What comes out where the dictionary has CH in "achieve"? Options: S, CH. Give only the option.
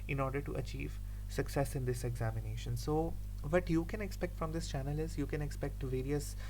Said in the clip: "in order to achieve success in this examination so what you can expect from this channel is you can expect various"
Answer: CH